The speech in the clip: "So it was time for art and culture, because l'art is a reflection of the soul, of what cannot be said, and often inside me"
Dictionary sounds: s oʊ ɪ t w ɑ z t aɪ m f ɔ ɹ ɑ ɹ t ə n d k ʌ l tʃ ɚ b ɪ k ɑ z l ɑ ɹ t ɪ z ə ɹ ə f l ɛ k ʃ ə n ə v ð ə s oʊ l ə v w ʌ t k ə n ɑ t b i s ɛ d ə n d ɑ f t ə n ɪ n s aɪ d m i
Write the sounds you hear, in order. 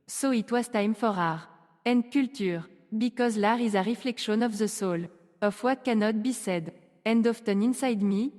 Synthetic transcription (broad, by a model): s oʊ ɪ t w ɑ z t aɪ m f ɔ ɹ ɑ ɹ ə n d k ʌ l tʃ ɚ b ɪ k ɑ z l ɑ ɹ ɪ z ə ɹ ə f l ɛ k ʃ ə n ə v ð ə s oʊ l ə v w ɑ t k ə n ɑ t b i s ɛ d ə n d ɑ f t ə n ɪ n s aɪ d m i